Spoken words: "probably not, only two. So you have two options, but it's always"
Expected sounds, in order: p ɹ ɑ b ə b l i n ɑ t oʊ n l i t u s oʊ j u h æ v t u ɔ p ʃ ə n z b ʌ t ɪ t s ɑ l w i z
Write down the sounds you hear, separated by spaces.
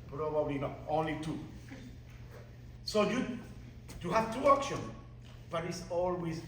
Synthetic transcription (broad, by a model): p ɹ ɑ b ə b l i n ɑ t oʊ n l i t u s oʊ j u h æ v t u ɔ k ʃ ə n b ʌ t ɪ t s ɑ l w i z